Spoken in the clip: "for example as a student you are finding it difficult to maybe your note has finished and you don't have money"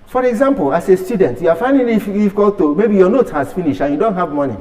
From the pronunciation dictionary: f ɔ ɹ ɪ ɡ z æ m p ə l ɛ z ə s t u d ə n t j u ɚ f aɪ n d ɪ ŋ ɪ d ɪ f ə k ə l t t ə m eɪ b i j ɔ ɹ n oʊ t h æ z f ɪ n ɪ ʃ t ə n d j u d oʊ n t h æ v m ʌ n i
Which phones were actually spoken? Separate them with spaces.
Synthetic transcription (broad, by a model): f ɔ ɹ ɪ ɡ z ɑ m p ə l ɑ s ə s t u d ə n t j u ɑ f aɪ n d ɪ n ɪ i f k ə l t t ə m eɪ b i j ɔ n oʊ t h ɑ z f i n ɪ ʃ ə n j u d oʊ n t h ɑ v m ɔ n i